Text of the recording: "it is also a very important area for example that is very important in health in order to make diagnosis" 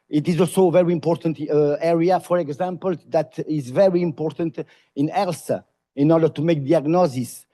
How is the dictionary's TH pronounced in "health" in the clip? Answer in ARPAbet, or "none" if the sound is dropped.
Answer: S